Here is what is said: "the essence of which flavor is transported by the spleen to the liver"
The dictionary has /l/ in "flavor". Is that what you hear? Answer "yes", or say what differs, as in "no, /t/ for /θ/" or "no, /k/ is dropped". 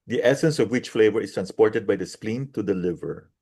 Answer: yes